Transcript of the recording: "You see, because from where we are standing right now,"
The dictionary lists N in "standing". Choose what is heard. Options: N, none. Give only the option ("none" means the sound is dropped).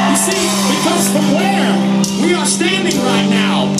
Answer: N